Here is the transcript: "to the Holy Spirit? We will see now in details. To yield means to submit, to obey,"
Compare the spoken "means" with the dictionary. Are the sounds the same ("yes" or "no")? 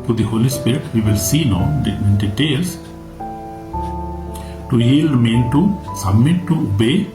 no